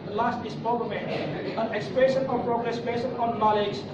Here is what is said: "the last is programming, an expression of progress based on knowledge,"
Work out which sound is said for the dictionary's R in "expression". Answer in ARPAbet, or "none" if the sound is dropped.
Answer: none